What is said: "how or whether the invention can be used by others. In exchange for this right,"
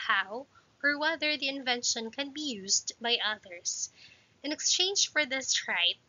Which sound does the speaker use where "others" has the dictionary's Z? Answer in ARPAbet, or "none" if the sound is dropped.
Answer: S